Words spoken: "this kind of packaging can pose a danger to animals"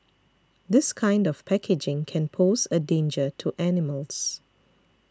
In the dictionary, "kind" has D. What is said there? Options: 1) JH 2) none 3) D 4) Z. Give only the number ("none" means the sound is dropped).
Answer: 3